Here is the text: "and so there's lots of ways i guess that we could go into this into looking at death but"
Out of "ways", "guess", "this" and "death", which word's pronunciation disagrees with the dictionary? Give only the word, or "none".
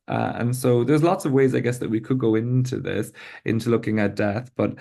none